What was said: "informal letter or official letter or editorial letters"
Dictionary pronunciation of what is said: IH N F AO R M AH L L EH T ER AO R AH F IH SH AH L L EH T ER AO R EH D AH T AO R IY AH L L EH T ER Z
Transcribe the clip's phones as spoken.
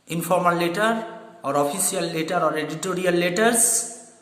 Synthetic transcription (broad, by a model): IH N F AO R M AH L L EH T ER AO R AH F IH S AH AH L EH T ER AO R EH D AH T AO R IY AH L L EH T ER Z